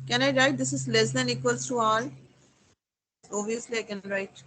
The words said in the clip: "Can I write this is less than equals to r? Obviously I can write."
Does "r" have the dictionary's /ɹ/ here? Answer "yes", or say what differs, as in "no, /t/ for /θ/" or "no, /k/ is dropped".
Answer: no, /l/ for /ɹ/